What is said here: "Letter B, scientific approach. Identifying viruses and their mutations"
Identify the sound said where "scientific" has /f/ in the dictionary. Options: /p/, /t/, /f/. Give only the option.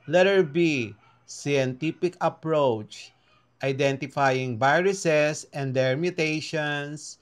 /p/